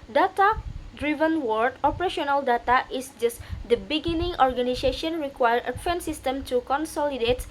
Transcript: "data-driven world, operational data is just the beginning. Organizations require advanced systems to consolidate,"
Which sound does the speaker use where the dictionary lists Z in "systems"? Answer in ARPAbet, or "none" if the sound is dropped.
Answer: none